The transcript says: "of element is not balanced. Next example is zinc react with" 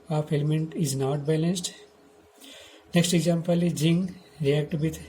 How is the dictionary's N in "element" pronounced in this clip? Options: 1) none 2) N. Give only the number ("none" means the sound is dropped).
2